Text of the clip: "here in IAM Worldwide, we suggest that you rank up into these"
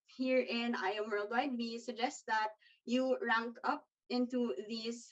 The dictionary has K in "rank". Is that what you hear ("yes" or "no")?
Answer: yes